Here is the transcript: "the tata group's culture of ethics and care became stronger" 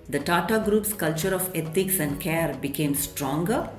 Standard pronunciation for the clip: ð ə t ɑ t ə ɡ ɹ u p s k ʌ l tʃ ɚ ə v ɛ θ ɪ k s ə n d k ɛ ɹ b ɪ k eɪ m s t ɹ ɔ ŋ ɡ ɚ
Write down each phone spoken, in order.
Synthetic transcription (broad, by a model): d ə t ɑ t ə ɡ ɹ u p s k ʌ l tʃ ɚ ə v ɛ t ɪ k s ə n d k ɛ ɹ b ɪ k eɪ m s t ɹ ɔ ŋ ɡ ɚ